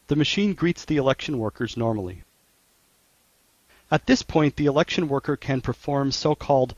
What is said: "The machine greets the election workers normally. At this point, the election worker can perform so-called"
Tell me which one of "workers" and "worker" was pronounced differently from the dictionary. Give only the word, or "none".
none